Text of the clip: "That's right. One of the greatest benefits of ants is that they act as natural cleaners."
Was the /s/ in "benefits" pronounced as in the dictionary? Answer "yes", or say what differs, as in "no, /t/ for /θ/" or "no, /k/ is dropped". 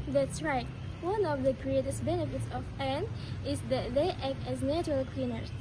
yes